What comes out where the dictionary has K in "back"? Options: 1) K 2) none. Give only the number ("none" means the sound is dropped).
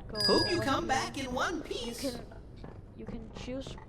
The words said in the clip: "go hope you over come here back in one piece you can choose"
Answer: 1